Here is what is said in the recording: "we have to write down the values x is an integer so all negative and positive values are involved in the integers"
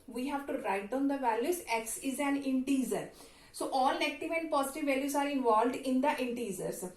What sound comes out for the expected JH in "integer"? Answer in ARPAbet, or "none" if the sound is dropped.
Z